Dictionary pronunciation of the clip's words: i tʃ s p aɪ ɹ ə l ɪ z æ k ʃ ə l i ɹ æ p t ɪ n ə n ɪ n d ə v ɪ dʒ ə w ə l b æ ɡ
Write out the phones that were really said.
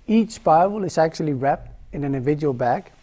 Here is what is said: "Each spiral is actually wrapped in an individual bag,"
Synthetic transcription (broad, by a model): i tʃ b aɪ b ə l ɪ z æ k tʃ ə l i ɹ æ p t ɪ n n ɪ n d ə v ɪ dʒ ə w ə l b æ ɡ